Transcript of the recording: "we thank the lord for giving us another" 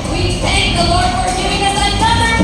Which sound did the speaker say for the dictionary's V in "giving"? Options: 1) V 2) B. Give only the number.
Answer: 2